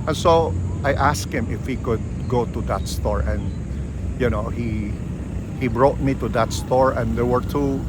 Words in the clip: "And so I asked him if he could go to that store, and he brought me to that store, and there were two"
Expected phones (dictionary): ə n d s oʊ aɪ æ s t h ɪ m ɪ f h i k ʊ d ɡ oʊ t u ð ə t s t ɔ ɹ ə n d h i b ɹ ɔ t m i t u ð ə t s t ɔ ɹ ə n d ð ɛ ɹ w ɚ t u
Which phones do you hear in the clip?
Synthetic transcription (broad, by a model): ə n s oʊ aɪ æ s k h ɪ m ɪ f h i k ʊ d ɡ oʊ t u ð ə t s t ɔ ɹ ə n d h i b ɹ ɔ t m i t u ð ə t s t ɔ ɹ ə n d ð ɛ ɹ w ɚ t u